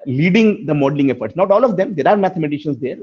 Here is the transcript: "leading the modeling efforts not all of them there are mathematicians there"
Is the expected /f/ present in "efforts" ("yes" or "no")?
yes